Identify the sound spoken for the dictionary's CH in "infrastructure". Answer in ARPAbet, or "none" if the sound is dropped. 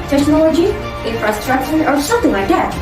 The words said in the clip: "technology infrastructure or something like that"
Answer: SH